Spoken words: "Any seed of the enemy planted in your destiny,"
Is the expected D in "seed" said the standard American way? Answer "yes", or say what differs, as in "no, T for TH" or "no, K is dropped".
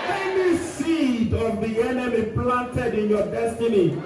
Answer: yes